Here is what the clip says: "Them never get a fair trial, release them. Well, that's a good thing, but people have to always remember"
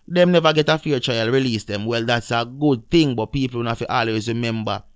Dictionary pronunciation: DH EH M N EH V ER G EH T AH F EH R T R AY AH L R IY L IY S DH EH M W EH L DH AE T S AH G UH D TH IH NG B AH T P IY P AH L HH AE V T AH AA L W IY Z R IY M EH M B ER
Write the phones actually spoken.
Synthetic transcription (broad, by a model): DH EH M N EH V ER G EH T AH F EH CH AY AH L R IY L IY S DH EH M W EH L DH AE T S AH G UH D TH IH NG B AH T P IY P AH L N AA F T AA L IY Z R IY M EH M B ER